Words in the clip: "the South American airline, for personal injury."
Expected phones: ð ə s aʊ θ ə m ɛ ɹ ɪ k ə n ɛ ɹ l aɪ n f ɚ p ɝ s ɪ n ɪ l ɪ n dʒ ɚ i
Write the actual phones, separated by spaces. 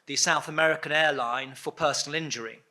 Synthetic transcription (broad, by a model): ð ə s aʊ θ ə m ɛ ɹ ɪ k ə n ɛ l aɪ n f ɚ p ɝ s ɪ n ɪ l ɪ n dʒ ɚ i